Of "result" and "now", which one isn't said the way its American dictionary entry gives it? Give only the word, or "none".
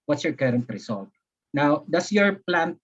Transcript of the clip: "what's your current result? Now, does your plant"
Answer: result